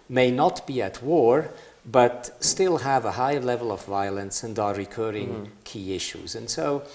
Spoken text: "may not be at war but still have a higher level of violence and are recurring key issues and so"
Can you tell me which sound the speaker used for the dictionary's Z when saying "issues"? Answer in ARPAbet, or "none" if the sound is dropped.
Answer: Z